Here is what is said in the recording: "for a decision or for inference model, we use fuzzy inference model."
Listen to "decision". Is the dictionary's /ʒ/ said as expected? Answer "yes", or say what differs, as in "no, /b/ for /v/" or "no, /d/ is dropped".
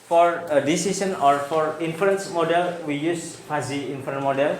no, /s/ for /ʒ/